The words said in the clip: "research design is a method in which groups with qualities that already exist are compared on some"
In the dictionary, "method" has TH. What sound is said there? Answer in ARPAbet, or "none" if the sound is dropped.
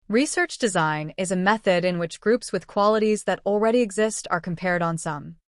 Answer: TH